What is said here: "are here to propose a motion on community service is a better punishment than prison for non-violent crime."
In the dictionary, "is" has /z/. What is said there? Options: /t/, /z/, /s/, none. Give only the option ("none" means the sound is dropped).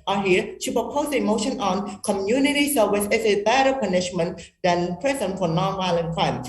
/s/